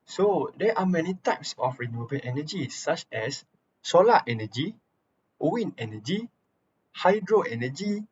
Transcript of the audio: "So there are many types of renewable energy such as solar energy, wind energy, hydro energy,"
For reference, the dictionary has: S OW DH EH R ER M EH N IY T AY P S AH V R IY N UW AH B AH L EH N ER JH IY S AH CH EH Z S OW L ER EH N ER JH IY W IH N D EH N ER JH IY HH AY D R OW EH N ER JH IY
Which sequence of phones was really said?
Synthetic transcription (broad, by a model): S OW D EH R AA M EH N IY T AY P S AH F R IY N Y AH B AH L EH N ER JH IY S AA CH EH S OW L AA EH N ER JH IY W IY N EH N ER JH IY HH AY D R OW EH N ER JH IY